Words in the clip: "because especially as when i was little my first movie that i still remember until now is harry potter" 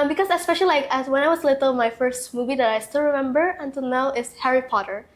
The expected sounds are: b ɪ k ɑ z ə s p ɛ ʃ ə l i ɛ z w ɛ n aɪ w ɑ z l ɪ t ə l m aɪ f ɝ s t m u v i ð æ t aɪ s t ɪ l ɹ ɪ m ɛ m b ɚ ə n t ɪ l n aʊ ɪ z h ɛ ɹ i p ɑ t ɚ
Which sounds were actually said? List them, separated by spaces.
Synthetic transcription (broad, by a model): b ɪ k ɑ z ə s p ɛ ʃ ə l i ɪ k w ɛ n aɪ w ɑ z l ɪ t ə l m aɪ f ɝ s t m u v i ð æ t aɪ s t ɪ l ɹ ɪ m ɛ m b ɚ ə n t ɪ l n aʊ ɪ s h ɛ ɹ i p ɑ t ɚ